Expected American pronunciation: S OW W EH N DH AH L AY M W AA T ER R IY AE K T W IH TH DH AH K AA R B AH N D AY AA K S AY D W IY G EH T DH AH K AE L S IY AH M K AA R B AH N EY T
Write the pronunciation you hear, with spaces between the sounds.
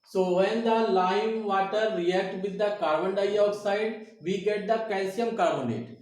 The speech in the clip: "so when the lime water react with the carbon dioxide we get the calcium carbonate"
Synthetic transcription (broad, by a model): S OW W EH N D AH L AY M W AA T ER R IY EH K T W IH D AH K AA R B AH N D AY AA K S AY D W IY G EH T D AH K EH N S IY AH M K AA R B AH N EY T